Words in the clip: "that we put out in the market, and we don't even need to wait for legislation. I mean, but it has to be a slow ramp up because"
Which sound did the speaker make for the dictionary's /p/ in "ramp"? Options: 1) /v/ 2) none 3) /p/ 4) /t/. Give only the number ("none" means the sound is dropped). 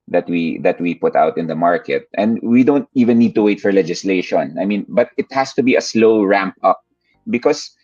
3